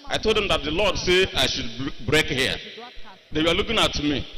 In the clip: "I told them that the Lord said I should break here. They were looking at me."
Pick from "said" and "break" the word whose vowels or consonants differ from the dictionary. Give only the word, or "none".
said